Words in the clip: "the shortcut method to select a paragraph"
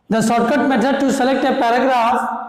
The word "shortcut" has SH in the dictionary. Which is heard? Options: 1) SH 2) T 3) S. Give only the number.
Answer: 3